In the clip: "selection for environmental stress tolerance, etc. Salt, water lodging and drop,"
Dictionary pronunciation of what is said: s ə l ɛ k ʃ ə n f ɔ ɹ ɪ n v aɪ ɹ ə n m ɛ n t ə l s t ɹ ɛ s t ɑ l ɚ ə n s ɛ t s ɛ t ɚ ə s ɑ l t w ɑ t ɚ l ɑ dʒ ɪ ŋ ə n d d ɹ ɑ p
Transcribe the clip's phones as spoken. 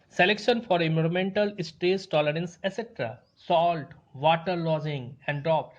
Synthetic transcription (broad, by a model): s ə l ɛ k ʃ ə n f ɔ ɹ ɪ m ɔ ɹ m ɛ n t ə l s t ɛ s t ɑ l ɚ ə n s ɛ s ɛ t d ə s ɑ l t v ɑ t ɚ l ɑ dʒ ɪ ŋ ə n d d ɹ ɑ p